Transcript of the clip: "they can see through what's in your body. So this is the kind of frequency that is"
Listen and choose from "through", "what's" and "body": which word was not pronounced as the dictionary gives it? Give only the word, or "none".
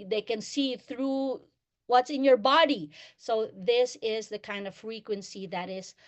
none